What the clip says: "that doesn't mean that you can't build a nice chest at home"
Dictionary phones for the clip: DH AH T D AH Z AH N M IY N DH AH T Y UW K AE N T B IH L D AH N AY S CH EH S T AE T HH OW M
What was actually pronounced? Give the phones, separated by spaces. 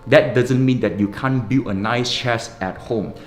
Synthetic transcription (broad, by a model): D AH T D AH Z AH N M IY N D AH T Y UW K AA N B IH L AH N AY S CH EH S EH T HH OW M